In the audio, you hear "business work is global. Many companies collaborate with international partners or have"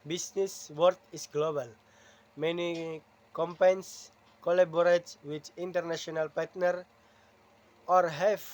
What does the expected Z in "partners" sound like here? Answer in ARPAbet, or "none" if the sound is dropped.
none